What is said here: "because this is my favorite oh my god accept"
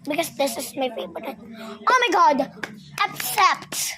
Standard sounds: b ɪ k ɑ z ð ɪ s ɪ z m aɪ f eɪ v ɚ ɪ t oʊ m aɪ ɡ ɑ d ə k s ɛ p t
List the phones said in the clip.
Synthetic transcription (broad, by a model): b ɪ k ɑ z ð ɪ s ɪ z m aɪ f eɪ b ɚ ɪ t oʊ m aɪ ɡ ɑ d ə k s ɛ p t